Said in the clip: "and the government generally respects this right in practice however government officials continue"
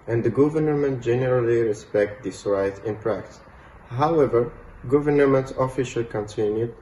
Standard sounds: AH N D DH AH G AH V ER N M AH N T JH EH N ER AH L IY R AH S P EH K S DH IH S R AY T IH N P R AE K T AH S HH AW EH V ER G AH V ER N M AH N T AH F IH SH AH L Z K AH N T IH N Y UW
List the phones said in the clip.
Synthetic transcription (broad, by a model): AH N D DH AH G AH V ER N M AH N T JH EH N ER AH L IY R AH S P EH K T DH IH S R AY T IH N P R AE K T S HH AW EH V ER G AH V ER N M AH N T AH F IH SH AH L K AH N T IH N Y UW